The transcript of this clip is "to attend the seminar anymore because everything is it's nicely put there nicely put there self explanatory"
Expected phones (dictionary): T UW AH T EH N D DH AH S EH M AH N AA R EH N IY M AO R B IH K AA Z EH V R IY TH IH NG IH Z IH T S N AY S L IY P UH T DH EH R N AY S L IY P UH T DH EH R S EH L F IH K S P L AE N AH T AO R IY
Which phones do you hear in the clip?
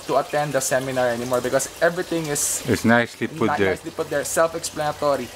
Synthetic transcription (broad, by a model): T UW AH T EH N D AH S EH M AH N AA R EH N IY M AO R B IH K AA S EH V R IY T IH NG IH S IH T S N AY S L IY P UH T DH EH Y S L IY P UH T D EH R S EH L F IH K S P L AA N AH T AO R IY